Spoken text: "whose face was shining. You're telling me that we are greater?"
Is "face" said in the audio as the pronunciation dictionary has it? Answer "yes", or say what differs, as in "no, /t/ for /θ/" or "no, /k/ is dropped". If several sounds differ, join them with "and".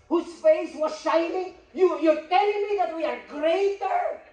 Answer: yes